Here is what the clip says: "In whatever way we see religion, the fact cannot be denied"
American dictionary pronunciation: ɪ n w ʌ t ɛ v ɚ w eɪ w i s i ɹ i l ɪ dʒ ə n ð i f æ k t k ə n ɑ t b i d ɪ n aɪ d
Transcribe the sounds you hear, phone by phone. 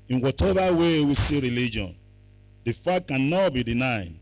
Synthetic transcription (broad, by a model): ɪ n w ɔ t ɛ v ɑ w eɪ w i s i ɹ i l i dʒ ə n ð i f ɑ t k ə n ɑ t b i d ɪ n aɪ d